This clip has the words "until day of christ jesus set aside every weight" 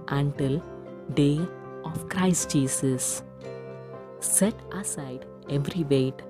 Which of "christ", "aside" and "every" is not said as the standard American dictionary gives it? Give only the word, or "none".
none